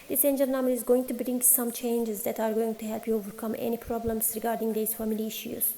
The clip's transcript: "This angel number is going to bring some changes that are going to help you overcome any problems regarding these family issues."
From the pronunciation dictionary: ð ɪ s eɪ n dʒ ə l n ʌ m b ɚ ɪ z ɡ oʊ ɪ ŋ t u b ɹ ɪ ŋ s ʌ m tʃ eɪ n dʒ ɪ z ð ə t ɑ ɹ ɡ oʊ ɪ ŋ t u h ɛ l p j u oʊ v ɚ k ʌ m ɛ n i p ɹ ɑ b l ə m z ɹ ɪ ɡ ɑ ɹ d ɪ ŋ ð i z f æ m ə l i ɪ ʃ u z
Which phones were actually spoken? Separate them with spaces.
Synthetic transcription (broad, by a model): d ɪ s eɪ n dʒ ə n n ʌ m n ɪ z ɡ oʊ ɪ ŋ t u b ɹ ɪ ŋ s ʌ m tʃ eɪ n dʒ ɪ z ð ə t ɑ ɹ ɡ oʊ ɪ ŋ t u h ɛ l p j u oʊ v ɚ k ʌ m ɛ n i p ɹ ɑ b l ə m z ɹ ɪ ɡ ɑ ɹ d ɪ ŋ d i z f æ m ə l i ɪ ʃ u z